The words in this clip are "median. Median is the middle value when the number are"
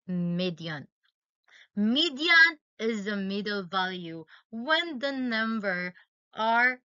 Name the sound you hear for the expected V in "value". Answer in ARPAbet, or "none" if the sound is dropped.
V